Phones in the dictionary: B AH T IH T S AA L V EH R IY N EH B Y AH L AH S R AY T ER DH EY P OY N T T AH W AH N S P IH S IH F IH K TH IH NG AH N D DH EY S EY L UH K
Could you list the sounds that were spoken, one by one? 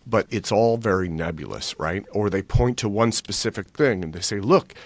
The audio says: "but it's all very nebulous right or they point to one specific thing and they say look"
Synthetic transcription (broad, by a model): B AH T IH T S AA L V EH R IY N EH B Y L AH S R AY T ER DH EY P OY N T T AH W AH N S P IH S IH F IH K TH IH NG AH N DH EY S EY L UH K